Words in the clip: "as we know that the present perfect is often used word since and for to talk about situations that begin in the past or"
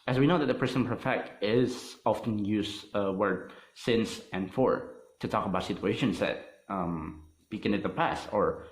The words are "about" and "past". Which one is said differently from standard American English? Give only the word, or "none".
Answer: none